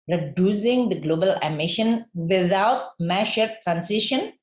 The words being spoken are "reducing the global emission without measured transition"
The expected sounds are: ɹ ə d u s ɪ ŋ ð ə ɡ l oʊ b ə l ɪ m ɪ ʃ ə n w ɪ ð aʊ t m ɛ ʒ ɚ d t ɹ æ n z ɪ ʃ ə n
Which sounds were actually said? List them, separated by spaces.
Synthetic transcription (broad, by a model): ɹ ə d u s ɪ ŋ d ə ɡ l oʊ b ə l ɪ m ɪ ʃ ə n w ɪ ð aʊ t m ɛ ʃ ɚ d t ɹ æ n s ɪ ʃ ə n